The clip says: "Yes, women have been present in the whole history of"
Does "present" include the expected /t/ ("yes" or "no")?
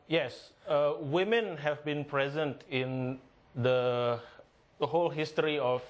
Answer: yes